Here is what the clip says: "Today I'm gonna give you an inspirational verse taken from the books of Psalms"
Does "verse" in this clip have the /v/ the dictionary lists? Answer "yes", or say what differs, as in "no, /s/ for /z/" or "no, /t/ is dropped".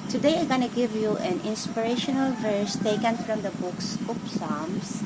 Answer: yes